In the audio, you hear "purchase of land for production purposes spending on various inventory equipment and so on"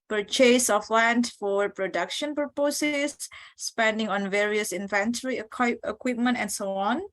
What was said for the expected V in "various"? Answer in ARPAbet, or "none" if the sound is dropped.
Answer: V